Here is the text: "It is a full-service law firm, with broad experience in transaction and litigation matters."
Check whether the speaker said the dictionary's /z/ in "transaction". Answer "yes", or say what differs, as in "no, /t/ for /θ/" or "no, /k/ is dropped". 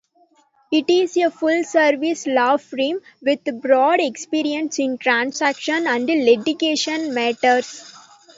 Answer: no, /s/ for /z/